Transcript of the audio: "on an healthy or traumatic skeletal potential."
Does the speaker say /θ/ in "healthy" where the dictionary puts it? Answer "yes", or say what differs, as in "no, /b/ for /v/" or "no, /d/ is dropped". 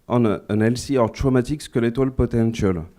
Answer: no, /s/ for /θ/